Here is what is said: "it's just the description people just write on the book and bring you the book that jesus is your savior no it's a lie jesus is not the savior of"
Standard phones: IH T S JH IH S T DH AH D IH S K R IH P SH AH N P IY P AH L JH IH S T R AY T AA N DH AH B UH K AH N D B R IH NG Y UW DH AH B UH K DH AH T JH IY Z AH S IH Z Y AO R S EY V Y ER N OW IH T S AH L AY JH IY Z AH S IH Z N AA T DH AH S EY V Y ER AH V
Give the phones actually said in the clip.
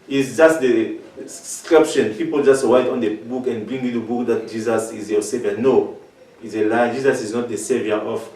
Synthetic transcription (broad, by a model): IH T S JH IH S T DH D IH S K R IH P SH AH N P IY P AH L JH IH S T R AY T AA N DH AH B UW K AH N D B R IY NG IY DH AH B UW K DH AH T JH IY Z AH S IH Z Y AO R S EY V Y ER N OW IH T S AH L AY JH IY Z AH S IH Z N AA T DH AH S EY V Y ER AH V